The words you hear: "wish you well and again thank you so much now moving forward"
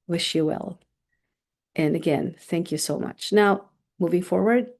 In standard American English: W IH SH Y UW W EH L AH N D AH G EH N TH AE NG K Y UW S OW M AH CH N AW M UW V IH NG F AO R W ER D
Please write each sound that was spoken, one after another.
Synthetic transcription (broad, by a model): W IH SH Y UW W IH L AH N AH G EH N TH AE NG K Y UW S OW M AH CH N AW M UW V IH NG F AO R W ER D